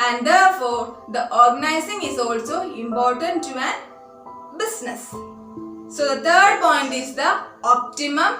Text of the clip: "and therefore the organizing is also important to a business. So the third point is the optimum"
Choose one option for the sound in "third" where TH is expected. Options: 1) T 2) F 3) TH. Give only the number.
1